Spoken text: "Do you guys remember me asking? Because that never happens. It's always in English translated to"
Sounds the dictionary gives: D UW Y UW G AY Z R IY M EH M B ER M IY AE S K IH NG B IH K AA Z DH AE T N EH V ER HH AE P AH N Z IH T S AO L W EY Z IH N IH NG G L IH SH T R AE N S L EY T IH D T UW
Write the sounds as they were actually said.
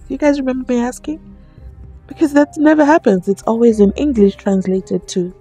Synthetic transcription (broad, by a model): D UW Y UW G AY Z R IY M EH M B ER M IY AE S K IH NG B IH K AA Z DH AE T N EH V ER HH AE P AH N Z IH T S AO L W EY Z IH N IH NG G L IH SH T R AE N S L EY T IH D T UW